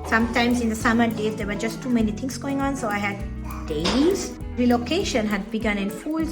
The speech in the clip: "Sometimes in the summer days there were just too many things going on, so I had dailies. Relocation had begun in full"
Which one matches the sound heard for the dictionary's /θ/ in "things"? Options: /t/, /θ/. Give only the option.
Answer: /t/